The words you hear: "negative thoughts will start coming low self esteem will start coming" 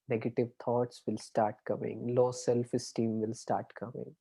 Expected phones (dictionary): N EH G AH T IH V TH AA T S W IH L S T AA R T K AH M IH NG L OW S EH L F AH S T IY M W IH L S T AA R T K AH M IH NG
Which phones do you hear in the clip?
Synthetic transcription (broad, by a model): N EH G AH T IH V T AA T S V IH L S T AA R T K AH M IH NG L OW S EH L F AH S T IY M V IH L S T AA R T K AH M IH NG